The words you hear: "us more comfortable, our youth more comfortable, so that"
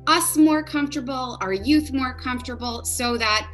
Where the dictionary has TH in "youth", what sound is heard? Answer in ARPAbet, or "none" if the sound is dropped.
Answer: TH